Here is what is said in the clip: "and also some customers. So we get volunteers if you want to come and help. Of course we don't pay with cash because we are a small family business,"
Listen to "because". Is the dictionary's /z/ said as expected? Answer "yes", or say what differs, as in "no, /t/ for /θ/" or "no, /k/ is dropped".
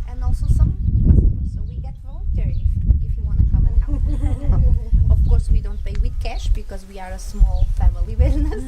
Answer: yes